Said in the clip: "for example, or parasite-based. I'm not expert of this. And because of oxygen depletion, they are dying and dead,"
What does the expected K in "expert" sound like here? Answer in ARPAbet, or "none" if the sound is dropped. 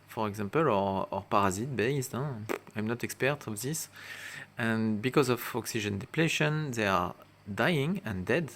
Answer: K